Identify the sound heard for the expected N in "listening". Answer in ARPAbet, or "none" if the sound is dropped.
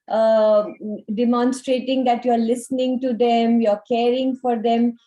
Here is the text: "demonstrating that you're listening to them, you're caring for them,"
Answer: N